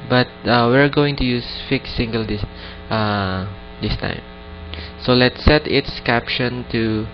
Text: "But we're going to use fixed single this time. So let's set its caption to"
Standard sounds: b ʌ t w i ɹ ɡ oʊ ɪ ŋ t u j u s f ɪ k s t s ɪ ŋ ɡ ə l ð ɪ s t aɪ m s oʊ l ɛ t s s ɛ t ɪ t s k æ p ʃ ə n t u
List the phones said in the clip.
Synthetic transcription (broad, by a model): b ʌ t w i ɹ ɡ oʊ ɪ ŋ t u j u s f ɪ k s s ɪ ŋ ɡ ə l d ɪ s t aɪ m s oʊ l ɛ t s s ɛ t ɪ t s k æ p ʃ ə n t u